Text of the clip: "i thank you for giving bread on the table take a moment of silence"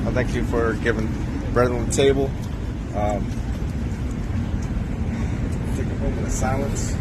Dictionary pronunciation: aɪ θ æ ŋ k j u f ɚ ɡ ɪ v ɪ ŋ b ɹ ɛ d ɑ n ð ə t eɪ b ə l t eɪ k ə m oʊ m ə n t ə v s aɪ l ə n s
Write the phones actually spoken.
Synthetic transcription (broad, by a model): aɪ θ æ ŋ k j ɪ f ɚ ɡ ɪ v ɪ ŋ b ɹ ɛ d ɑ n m t eɪ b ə l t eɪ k ə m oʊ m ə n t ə s aɪ l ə n s